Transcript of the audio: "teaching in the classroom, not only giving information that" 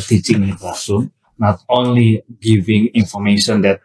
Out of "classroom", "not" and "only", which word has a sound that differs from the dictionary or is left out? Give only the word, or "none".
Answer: classroom